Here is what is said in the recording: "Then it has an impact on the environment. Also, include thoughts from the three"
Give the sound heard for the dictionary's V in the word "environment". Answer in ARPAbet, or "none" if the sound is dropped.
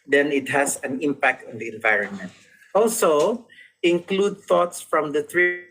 V